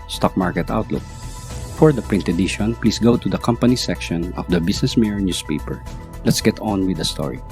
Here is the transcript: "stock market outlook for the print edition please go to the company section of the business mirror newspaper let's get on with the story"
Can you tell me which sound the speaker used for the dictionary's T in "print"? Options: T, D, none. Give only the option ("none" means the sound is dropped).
T